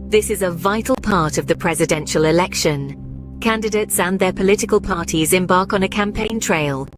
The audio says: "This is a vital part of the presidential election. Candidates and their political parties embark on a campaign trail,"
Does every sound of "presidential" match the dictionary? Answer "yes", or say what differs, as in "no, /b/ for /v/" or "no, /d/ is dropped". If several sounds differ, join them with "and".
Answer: yes